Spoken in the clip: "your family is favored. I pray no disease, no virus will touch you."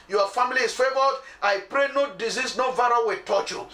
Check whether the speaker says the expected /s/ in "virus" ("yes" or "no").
no